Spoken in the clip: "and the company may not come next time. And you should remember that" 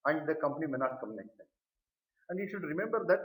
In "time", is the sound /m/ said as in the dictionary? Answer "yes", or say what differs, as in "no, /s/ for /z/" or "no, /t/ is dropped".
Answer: no, /m/ is dropped